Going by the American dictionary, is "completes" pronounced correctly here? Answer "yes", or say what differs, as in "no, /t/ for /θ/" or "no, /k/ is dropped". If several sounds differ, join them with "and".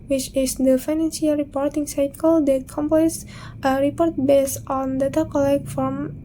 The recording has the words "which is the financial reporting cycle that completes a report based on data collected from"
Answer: no, /l/ is dropped